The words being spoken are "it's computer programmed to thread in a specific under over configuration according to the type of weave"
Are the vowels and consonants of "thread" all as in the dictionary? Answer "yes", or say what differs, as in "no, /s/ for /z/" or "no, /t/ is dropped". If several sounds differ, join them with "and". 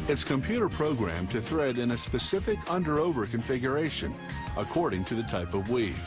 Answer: yes